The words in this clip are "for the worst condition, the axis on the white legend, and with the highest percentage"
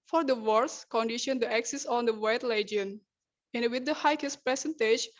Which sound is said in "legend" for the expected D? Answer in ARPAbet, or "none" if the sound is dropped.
none